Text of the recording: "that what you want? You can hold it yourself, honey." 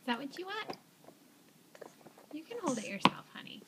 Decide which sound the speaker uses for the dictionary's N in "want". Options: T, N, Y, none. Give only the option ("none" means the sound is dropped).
none